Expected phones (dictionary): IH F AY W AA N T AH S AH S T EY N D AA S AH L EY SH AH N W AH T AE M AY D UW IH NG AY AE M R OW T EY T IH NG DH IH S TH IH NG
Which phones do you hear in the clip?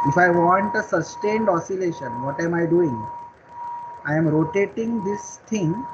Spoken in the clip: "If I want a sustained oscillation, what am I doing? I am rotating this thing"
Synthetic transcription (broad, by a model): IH F AY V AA N T AH S AH S T EY N D AA S AH L EY SH AH N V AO T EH M AY D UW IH NG AY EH M R OW T EY T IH NG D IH S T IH NG